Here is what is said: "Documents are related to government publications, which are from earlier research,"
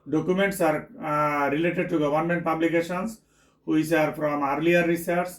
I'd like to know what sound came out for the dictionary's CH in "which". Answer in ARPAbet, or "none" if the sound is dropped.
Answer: S